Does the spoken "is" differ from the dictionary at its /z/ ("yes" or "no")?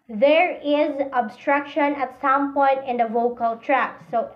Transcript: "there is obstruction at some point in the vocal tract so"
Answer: no